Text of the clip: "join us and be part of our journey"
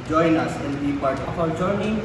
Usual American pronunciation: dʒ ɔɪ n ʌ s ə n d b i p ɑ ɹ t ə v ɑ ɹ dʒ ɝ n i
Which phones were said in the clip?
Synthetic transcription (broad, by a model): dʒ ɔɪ n ʌ s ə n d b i p ɑ ɹ t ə f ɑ w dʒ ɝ n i